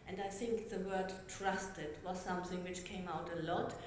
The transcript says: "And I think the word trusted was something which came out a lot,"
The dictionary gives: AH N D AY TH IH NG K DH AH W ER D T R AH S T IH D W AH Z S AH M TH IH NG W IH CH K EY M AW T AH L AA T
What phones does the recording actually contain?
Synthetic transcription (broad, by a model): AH N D AY TH IH NG K DH AH W ER D T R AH S T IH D W AH Z S AH M TH IH NG W IH CH K EY M AW T AH L AA T